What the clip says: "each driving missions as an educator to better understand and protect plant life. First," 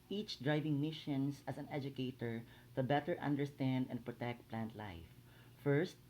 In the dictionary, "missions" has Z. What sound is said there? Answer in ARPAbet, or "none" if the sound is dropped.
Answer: S